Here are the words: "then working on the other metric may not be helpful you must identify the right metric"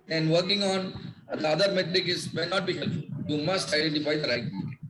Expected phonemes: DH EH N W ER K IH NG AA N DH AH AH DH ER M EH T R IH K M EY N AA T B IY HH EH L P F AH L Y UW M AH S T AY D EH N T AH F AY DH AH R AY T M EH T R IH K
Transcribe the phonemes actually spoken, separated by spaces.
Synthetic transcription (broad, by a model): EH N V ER K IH NG AA N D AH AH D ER M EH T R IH K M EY N AA T B IY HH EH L F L Y UW M AH S T AY D EH N T AH F AY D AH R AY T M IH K